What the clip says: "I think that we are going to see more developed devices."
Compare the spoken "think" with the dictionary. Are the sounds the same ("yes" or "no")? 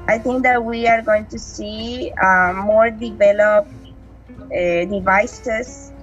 no